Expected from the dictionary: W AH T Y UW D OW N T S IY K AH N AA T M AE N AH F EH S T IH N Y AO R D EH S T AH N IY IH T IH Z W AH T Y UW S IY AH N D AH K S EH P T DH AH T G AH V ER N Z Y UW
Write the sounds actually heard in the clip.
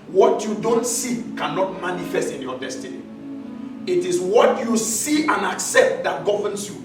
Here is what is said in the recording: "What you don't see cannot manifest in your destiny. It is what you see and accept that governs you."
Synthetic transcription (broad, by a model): W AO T Y UW D OW N T S IY K AH N AA T M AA N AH F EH S T IH N Y AO D EH S T AH N IY IH T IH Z W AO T Y UW S IY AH N AH K S EH P T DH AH T G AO V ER N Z Y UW